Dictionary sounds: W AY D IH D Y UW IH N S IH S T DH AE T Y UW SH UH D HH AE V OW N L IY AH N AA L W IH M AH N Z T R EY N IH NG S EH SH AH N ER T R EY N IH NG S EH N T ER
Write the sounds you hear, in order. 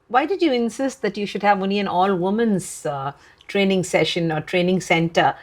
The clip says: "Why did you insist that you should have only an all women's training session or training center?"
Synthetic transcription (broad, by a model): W AY D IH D Y UW IH N S IH S T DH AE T Y UW SH UH D HH AE V OW N L IY AH N AA L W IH M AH N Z T R EY N IH NG S EH SH AH N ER T R EY N IH NG S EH N T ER